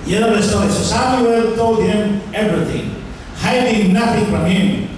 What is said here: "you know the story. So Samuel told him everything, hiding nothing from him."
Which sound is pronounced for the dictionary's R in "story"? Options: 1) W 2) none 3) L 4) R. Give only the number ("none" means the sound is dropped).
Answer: 2